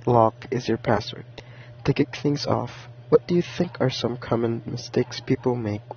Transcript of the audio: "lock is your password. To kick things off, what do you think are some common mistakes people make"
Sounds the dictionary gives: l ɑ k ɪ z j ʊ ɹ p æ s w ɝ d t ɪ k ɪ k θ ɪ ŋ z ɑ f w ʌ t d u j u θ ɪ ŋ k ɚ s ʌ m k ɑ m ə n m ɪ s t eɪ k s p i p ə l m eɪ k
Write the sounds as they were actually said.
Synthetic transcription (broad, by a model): l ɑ k ɪ z j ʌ ɹ p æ s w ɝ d t ɪ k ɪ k θ ɪ ŋ z ɑ f w ʌ t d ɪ j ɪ θ ɪ ŋ k ɚ s ʌ m k ɑ m ə n m ɪ s t eɪ k s p i p l m eɪ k